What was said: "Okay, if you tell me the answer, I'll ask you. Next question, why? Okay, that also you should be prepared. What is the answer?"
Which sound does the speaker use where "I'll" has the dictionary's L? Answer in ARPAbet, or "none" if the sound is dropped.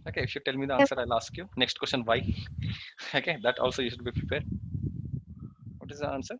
L